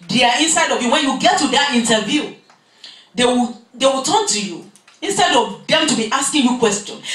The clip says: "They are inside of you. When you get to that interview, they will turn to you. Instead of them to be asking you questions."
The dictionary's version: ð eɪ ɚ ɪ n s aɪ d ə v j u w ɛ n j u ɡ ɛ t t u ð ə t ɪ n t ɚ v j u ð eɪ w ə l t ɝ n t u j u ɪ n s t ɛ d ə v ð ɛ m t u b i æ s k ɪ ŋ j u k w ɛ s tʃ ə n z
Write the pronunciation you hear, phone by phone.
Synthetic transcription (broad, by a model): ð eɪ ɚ ɪ n s aɪ d ə v j u w ɛ n j u ɡ ɛ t t u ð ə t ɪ n t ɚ v j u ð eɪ w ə w t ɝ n t u j u ɪ n s t ɛ d ə v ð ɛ m t u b i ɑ s k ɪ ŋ j u k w ɛ s tʃ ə n